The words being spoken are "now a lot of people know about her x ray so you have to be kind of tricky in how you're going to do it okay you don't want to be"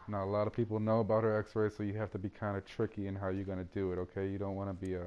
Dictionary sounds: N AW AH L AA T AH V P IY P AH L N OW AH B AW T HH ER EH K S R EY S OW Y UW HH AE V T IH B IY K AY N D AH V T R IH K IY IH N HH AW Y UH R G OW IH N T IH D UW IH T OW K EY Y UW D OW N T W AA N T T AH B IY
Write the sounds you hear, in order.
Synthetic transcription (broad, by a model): N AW AH L AA T AH V P IY P L N OW AH B AW T HH ER EH K S R EY S OW Y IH HH AE F T IH B IY K AY N D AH T R IH K IY IH N HH AW Y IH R G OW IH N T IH D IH IH T OW K EY Y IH D OW N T W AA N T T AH B IY